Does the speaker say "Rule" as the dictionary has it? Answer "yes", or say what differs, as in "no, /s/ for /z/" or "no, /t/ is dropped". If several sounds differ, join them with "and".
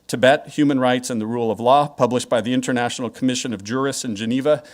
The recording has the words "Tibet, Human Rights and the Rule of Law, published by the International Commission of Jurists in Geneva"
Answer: yes